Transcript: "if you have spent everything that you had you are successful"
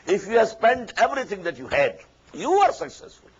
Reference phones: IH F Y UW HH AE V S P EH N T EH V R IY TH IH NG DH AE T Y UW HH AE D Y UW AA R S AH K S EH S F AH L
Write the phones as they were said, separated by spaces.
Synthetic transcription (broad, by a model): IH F Y UW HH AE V S P EH N T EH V R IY T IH NG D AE T Y UW HH AE D Y UW AA R S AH K S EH S F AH L